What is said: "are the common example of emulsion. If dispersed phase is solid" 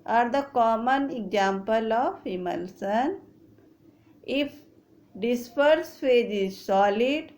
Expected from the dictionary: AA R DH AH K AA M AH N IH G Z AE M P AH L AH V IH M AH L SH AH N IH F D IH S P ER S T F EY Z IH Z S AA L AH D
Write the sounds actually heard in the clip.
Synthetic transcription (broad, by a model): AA R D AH K AA M AH N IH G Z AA M P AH L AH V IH M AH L S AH N IH F D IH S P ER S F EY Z IH Z S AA L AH D